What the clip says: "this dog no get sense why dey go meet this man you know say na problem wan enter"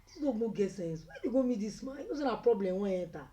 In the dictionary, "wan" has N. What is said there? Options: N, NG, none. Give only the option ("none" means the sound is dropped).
none